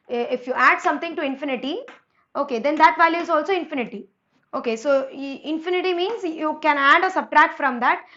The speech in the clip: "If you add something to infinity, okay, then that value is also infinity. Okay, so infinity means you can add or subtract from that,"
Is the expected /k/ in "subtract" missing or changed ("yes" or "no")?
no